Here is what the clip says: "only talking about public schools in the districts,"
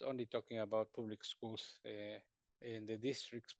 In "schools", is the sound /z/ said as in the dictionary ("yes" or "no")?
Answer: no